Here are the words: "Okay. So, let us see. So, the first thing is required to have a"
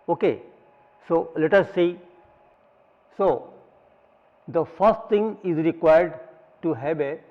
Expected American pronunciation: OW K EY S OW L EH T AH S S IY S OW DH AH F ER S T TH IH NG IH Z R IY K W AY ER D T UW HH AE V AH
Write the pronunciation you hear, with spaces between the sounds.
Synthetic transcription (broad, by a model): OW K EY S OW L EH T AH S S IY S OW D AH F ER S T T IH NG IH Z R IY K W AY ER D T UW HH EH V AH